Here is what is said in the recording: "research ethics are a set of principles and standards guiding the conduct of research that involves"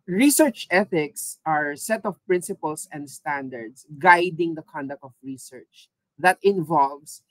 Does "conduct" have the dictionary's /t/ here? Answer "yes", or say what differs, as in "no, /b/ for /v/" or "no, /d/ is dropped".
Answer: yes